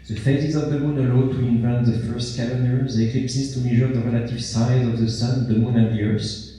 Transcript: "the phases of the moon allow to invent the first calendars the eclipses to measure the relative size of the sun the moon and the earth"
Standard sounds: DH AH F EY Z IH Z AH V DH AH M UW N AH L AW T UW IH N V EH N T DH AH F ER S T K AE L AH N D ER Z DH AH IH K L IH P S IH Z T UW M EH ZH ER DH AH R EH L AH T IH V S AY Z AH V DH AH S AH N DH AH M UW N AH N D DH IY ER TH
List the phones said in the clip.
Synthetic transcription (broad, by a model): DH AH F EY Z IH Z AH V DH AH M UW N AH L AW T UW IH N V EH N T DH AH F ER S T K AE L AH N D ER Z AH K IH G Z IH S T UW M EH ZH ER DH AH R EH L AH T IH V S AY Z AH V DH AH S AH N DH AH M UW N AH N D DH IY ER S